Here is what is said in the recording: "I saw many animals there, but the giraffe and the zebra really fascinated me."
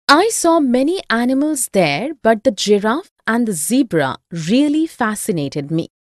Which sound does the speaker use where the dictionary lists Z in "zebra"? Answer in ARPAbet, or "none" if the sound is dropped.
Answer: Z